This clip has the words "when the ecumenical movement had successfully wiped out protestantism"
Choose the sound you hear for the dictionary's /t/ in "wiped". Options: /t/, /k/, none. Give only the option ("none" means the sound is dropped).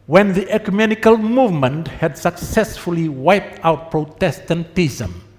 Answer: /t/